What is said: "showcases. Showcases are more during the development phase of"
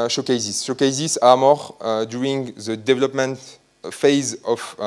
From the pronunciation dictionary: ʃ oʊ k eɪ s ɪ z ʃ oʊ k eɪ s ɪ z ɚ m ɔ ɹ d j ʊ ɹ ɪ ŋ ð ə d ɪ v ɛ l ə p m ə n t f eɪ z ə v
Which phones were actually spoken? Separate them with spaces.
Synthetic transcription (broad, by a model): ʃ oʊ k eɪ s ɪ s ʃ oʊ k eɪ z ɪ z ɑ m ɔ ɹ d j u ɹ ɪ ŋ ð ə d ɪ v ɛ l ə p m ə n t f eɪ z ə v